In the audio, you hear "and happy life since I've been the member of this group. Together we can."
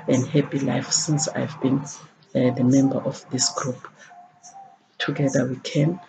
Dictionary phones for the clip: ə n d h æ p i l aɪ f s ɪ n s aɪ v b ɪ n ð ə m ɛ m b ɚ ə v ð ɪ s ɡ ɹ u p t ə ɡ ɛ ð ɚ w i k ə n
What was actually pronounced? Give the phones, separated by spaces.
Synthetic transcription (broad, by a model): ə n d h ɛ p i l aɪ f s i n s aɪ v b ɪ n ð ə m ɛ m b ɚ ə f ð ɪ s ɡ ɹ u p t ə ɡ ɛ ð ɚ w i k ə n